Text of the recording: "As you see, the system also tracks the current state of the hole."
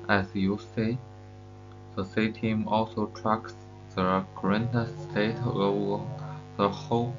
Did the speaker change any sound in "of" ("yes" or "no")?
yes